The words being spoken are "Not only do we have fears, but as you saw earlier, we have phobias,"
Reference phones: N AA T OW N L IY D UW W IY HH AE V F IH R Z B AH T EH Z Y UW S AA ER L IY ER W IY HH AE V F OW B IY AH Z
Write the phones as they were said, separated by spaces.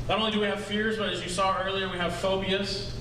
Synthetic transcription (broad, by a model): N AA T OW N L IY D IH W IY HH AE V F IH R Z B AH T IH Z Y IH S AA ER L IY ER W IY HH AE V F OW B IY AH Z